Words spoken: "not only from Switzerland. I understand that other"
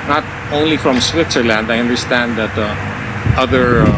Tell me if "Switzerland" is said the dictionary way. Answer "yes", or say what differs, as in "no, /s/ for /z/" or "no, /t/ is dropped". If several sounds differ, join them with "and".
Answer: yes